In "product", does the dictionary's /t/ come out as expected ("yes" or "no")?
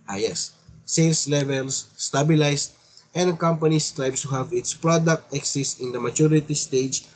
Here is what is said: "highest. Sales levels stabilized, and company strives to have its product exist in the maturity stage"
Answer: yes